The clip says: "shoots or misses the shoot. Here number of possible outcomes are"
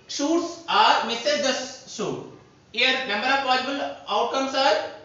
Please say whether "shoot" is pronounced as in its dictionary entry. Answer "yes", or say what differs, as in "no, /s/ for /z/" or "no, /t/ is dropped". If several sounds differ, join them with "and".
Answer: no, /s/ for /ʃ/